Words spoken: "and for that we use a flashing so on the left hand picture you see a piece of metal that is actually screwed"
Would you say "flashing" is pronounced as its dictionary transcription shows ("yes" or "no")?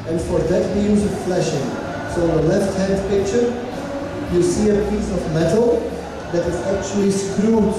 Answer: yes